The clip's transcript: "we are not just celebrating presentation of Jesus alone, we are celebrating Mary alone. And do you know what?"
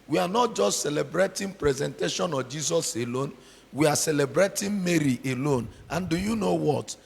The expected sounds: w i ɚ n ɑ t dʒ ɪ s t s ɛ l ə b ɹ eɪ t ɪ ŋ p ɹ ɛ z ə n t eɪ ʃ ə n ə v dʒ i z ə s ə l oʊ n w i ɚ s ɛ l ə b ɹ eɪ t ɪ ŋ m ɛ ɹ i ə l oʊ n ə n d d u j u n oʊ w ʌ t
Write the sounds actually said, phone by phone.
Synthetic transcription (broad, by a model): w i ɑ n ɑ t dʒ ɪ s t s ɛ l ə b ɹ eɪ t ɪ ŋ p ɹ ɛ z ə n t eɪ ʃ ə n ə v dʒ i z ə s ə l oʊ n w i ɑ s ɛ l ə b ɹ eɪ t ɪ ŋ m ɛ ɹ i ə l oʊ n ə n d d u j u n oʊ w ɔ t